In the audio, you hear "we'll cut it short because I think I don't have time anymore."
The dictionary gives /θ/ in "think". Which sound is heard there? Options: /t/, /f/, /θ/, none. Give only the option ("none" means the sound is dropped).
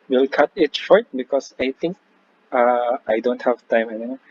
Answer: /t/